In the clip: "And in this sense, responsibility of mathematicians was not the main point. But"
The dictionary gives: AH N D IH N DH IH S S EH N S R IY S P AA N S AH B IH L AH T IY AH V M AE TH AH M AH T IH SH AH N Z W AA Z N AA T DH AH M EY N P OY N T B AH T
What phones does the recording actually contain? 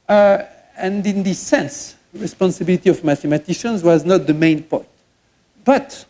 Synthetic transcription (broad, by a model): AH N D IH N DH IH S S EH N S R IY S P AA N S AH B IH L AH T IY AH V M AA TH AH M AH T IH SH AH N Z W AA Z N AA T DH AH M EY N P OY T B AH T